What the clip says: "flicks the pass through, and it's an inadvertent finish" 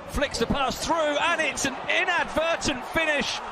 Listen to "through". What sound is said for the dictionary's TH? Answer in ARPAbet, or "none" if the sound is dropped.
TH